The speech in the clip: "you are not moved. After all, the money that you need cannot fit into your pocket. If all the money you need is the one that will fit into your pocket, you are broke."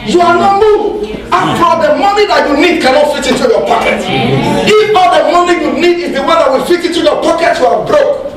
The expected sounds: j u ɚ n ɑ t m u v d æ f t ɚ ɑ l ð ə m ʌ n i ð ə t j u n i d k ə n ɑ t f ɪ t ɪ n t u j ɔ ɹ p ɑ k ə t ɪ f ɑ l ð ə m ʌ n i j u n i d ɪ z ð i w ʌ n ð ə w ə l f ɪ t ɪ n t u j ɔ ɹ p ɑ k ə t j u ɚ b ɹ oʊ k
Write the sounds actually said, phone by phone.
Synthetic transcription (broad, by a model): j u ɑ n ɑ t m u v ɑ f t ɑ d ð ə m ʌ n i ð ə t j u n i d k ə n ɑ t f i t ɪ n t u j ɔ p ɑ k ə t ɪ f ɑ l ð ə m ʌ n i j u n i d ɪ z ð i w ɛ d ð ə w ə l f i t ɪ n t u j ɔ p ɑ k ə t j u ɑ b ɹ oʊ k